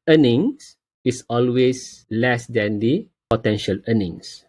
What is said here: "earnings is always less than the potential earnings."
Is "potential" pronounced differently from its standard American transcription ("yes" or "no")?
no